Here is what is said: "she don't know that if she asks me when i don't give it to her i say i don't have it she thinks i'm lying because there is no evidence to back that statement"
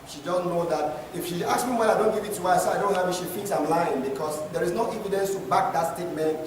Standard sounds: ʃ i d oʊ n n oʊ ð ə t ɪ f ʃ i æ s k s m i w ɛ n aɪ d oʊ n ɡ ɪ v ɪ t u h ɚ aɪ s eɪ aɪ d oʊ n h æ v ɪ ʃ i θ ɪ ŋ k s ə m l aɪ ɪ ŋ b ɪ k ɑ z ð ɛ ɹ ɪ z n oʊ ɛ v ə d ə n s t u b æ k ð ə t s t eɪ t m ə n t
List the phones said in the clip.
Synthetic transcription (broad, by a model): ʃ i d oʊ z n oʊ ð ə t ɪ f ʃ i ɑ k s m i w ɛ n aɪ d oʊ n ɡ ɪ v ɪ t u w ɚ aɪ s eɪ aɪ d oʊ n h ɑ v ɪ ʃ i f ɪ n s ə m l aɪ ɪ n b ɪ k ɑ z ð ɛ ɹ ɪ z n oʊ ɛ v ə d ə n s t u b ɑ k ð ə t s t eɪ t m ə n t